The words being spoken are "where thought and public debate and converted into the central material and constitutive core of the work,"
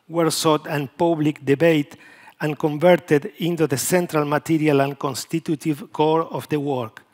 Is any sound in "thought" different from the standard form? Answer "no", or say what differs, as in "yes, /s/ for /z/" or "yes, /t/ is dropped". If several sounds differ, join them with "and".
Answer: yes, /s/ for /θ/